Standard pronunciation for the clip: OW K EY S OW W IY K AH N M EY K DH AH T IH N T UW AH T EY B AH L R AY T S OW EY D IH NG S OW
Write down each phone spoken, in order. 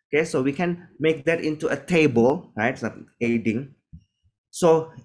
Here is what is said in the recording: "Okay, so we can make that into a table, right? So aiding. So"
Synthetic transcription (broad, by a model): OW K EY S OW W IY K AH N M EY K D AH T IH N T UW AH T EY B AH L R AY T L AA EY D IH NG S OW